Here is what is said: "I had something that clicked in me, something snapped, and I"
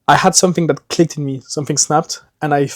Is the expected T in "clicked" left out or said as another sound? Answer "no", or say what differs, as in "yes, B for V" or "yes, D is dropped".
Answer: no